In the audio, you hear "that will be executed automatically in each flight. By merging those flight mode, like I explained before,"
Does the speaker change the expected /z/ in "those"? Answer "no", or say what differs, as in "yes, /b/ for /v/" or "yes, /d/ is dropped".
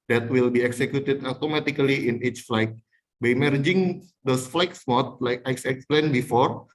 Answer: yes, /s/ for /z/